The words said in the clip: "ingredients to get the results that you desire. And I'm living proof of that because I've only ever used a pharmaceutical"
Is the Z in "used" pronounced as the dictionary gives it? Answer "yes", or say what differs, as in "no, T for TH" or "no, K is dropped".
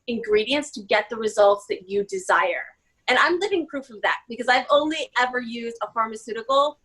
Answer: yes